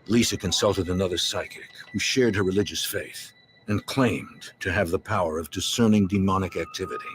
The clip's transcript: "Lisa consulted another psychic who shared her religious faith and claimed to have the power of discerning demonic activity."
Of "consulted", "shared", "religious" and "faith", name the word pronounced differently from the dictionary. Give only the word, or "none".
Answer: none